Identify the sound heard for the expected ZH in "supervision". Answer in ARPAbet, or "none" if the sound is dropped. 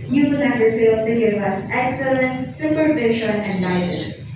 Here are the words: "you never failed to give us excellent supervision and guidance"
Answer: SH